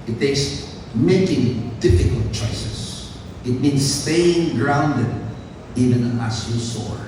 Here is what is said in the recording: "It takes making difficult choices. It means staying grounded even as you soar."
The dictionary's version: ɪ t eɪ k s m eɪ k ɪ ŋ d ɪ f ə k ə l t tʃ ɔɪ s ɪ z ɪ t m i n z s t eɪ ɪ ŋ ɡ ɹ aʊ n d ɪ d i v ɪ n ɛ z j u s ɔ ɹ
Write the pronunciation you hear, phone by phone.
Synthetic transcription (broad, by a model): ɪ t eɪ k s m eɪ k ɪ ŋ d ɪ f ə k ə l t tʃ ɔɪ s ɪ s ɪ t m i n s t eɪ ɪ ŋ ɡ ɹ aʊ n d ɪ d i v ɪ n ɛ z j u s ɔ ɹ